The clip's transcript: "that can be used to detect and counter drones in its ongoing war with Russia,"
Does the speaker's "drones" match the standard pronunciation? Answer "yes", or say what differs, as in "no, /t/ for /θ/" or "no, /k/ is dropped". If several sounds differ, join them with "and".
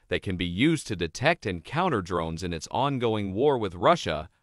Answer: yes